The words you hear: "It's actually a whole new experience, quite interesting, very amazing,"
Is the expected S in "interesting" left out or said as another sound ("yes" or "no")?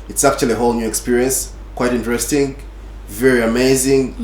no